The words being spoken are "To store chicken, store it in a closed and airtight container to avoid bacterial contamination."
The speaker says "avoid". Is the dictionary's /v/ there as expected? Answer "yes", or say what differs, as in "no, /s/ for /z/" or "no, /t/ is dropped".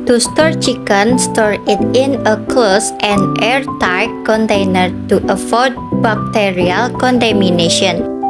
no, /f/ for /v/